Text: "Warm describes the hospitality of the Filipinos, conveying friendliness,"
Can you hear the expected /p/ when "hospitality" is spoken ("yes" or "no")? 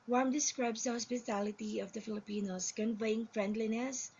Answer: no